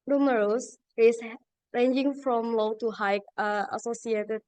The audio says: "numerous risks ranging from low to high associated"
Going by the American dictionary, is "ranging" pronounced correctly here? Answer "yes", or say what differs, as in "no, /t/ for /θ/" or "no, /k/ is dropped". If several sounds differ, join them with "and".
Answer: yes